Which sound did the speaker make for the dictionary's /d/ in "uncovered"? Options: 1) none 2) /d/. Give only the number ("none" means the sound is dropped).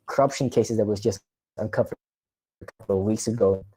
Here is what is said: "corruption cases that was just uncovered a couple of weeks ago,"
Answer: 1